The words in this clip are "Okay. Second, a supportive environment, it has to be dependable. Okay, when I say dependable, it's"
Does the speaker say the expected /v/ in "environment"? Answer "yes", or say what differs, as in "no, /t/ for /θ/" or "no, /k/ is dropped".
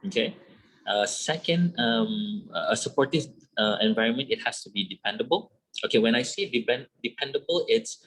yes